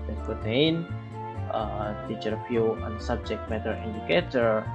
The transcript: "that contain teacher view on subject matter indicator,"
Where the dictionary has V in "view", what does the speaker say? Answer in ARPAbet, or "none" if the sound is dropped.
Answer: F